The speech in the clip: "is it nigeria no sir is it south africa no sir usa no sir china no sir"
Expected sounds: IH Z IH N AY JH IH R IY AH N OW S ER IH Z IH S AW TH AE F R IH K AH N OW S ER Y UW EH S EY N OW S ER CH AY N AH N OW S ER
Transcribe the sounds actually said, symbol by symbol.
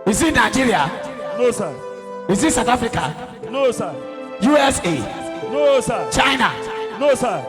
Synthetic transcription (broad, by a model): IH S IH N AY JH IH R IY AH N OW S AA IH S IH S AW T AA F R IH K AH N OW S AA Y UW EH S EY N OW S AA CH AY N AH N OW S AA